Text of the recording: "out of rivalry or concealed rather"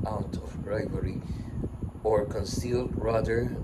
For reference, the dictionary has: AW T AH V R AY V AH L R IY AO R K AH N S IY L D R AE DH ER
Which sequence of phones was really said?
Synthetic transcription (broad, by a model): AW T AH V R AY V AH R IY AO R K AH N S IY L D R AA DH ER